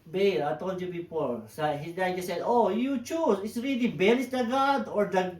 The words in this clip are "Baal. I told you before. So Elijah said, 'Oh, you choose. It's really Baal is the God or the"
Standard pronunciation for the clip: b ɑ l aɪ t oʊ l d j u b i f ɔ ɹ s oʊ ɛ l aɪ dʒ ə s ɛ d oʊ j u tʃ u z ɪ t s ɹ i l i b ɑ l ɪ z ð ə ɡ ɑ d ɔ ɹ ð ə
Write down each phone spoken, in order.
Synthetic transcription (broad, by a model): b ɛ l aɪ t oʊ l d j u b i p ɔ ɹ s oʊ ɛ n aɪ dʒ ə s ɛ d oʊ j u tʃ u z ɪ t s ɹ i l i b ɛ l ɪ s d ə ɡ ɑ d ɔ ɹ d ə